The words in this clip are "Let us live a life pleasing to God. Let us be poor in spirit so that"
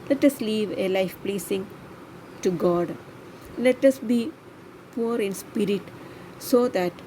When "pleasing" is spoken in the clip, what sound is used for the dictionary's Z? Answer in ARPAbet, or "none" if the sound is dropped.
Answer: S